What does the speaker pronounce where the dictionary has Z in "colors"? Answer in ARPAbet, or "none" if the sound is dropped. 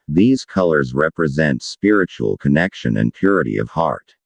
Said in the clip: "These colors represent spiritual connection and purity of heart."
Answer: Z